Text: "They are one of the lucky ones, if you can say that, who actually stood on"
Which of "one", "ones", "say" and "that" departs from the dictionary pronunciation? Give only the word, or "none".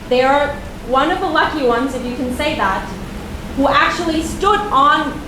none